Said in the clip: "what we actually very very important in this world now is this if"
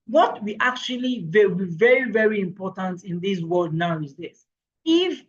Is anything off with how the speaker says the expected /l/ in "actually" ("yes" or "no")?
yes